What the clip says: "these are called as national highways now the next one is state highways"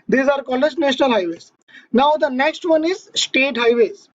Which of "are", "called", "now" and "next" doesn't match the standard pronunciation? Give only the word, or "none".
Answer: called